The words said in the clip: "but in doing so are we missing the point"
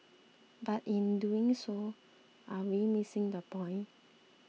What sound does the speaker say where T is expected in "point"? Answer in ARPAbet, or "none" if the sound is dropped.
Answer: none